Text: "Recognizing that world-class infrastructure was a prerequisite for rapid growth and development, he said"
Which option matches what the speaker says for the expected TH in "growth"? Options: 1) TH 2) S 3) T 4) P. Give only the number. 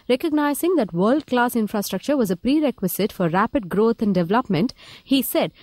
3